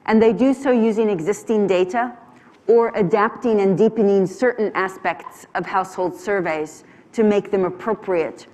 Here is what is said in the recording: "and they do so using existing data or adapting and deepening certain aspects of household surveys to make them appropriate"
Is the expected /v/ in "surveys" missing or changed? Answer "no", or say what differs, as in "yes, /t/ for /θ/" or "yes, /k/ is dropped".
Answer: no